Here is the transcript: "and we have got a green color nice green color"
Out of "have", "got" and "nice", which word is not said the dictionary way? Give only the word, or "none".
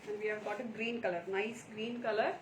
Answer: none